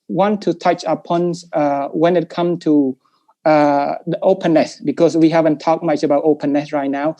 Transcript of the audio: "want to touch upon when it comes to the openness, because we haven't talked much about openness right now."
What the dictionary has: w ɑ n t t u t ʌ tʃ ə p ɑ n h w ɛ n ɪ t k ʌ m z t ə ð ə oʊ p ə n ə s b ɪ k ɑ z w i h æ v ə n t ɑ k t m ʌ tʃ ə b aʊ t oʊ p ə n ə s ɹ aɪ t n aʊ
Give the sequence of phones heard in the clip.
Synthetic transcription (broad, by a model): w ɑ n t t u t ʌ tʃ ə p ɑ n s w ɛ n ɪ t k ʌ m t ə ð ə oʊ p ə n ə s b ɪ k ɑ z w i h æ v ə n t ɑ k m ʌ tʃ ə b aʊ t oʊ p ə n ə s ɹ aɪ t n aʊ